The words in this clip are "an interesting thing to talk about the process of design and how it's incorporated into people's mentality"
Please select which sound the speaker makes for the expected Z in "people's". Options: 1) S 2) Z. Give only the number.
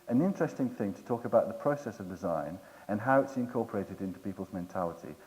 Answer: 2